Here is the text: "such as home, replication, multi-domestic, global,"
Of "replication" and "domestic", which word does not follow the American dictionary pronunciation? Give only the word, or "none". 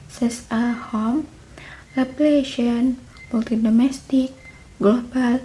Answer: replication